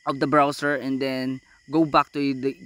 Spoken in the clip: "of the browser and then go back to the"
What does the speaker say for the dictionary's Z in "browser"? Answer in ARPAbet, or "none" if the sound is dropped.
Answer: S